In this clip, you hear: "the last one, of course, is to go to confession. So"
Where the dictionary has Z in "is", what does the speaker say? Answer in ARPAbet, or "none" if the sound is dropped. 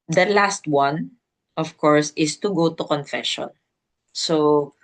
S